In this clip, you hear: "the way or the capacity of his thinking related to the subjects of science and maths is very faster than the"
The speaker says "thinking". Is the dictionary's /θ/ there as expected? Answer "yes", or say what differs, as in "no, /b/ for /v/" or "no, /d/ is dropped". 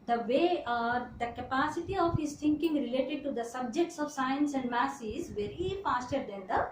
no, /t/ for /θ/